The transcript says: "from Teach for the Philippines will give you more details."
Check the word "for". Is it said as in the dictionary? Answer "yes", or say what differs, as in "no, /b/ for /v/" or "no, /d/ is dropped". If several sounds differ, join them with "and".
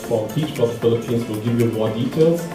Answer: no, /p/ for /f/